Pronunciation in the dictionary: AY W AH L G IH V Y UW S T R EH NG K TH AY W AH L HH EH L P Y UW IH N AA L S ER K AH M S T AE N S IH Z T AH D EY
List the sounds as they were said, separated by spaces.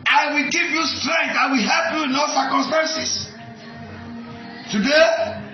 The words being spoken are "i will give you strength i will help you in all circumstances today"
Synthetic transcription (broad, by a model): AY W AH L G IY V Y UW S T R EH NG K TH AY W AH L HH EH L P Y UW IH N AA S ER K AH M S T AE N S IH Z T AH D EY